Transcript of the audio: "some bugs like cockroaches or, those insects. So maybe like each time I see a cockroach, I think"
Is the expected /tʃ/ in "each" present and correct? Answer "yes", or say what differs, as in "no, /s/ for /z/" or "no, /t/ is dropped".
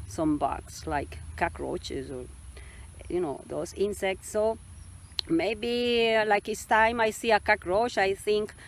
no, /s/ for /tʃ/